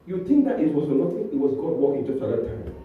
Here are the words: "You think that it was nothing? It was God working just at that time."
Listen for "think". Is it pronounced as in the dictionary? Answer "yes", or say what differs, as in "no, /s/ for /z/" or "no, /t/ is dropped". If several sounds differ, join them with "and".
no, /t/ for /θ/